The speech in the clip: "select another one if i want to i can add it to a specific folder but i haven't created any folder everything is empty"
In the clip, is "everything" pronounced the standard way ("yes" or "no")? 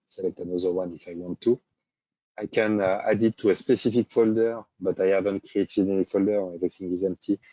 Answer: no